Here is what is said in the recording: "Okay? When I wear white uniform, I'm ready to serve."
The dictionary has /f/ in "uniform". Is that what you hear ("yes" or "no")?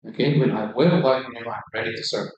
no